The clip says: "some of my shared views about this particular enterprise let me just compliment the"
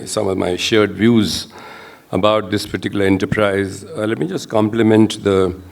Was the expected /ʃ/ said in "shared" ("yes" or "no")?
yes